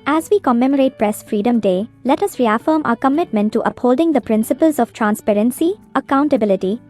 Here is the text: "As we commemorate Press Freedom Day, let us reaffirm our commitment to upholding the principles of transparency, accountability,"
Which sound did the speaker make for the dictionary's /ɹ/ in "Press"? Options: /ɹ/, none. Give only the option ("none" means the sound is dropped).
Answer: /ɹ/